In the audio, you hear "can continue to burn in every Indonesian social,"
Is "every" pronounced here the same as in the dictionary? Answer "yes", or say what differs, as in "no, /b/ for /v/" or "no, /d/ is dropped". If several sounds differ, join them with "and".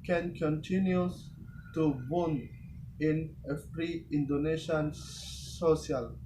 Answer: no, /f/ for /v/